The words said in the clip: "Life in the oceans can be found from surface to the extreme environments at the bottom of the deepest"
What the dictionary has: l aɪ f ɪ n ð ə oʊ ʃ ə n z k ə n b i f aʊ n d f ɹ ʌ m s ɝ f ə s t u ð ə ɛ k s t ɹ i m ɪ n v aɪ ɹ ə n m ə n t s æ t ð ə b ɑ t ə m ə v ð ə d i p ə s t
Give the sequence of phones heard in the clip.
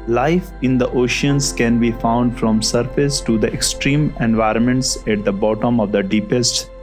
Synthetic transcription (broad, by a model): l aɪ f ɪ n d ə oʊ ʃ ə n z k ə n b i f aʊ n d f ɹ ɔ m s ɝ f ə s t u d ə ɛ k s t ɹ i m ɪ n v aɪ ɹ ə n m ə n t s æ t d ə b ɑ t ə m ə v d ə d i p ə s t